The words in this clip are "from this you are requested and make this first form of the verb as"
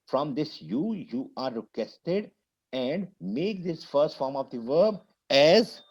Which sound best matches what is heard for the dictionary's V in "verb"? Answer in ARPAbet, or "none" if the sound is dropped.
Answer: V